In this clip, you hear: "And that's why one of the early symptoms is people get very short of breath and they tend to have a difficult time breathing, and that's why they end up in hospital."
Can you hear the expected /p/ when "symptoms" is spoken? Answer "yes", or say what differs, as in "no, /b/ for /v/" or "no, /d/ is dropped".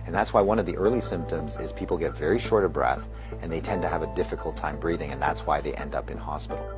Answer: yes